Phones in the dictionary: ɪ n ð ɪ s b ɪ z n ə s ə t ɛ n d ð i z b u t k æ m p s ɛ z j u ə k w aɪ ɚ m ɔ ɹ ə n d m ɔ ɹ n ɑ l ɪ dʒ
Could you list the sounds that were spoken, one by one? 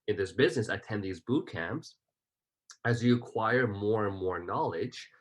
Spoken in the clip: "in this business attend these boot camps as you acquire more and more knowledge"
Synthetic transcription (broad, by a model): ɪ n ð ɪ s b ɪ z n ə s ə t ɛ n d ð i z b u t k æ m p s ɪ z j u ə k w aɪ ɚ m ɔ ɹ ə n m ɔ ɹ n ɑ l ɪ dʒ